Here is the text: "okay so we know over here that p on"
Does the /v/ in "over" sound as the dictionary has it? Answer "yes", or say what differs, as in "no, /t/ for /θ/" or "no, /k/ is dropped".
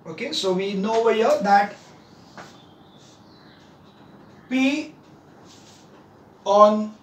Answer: no, /w/ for /v/